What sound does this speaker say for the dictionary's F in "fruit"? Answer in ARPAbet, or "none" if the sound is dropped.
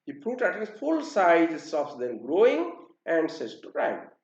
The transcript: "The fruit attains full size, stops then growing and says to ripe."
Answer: P